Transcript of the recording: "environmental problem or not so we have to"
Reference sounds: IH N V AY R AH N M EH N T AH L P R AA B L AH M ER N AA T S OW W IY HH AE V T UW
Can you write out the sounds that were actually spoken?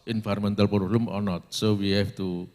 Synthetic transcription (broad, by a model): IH N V AY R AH M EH N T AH L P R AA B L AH M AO N AA T S OW W IY HH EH F T UW